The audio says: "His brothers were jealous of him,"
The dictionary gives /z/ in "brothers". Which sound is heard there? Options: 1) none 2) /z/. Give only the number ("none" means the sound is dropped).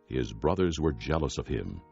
2